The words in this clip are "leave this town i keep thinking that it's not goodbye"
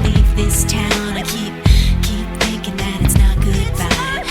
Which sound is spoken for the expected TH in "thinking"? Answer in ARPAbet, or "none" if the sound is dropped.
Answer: TH